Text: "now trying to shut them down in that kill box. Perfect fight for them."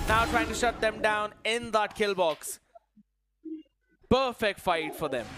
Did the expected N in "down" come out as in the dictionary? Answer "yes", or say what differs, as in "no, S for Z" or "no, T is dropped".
yes